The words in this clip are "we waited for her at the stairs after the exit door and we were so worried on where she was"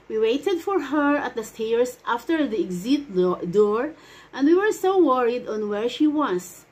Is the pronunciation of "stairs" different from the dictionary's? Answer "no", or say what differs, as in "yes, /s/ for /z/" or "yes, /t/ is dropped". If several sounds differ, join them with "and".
yes, /s/ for /z/